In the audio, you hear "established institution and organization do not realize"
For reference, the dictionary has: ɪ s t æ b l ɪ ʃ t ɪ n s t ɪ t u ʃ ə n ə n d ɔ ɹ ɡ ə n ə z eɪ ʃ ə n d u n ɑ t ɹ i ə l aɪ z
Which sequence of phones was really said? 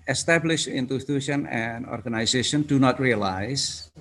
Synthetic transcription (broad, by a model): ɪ s t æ b l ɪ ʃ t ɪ n t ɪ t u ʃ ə n ə n d ɔ ɹ ɡ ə n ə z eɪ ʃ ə n d u n ɑ t ɹ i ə l aɪ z